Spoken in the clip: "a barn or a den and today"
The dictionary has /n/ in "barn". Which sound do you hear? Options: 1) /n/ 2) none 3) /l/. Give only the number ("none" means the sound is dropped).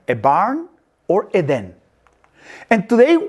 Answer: 1